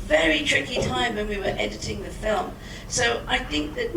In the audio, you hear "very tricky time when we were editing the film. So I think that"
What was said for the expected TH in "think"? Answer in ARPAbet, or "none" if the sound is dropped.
TH